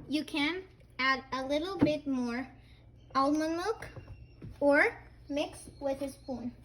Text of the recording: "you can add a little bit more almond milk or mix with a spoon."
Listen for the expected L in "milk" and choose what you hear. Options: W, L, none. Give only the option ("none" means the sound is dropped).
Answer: none